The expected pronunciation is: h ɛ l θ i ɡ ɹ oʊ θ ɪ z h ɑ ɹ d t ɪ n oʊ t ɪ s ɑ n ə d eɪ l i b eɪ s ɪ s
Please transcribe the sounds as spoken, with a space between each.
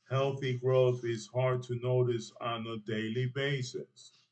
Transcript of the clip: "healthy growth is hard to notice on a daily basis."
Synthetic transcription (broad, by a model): h ɛ l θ i ɡ ɹ oʊ θ ɪ z h ɑ ɹ d t ɪ n oʊ t ɪ s n ə d eɪ l i b eɪ s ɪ s